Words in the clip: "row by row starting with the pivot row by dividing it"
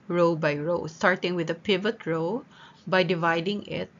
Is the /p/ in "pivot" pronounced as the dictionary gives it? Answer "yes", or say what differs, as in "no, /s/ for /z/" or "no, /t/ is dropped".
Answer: yes